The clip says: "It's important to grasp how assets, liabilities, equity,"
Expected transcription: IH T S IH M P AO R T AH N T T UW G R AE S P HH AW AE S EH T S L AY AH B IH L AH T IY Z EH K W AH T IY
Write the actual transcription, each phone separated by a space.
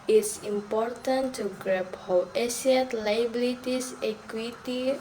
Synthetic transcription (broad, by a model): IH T S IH M P AO R T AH N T T UW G R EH P HH AW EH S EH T L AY B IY L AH T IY S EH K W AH T IY